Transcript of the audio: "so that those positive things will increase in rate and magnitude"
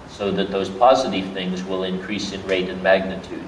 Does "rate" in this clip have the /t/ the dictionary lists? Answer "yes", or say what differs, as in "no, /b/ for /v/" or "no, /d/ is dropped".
yes